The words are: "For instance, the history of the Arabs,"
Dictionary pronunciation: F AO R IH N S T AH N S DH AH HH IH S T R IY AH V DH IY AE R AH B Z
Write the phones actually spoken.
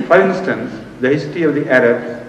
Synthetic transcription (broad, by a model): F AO R IH N S T AH N S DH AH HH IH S T IY AH V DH IY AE R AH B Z